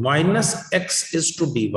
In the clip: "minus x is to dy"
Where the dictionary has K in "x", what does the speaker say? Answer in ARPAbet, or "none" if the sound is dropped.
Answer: K